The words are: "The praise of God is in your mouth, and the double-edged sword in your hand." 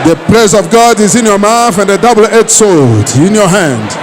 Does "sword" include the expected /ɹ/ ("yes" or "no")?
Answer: no